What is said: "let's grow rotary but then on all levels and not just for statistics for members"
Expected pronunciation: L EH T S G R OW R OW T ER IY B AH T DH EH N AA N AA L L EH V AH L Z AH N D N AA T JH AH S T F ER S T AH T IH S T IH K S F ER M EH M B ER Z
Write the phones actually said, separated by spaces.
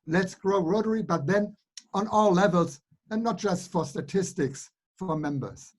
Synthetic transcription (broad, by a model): L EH T S G R OW R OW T ER IY B AH T DH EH N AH N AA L L EH V AH L Z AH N N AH T JH AH S T F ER S T AH T IH S T IH K S F ER M EH M B ER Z